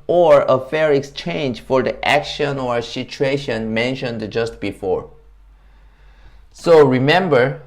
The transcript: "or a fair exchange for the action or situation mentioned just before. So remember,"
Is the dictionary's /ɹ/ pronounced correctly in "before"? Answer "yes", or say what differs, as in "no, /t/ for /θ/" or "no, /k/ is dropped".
yes